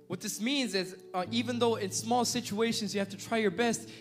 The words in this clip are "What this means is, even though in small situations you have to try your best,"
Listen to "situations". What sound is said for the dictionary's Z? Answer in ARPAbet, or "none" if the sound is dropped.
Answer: Z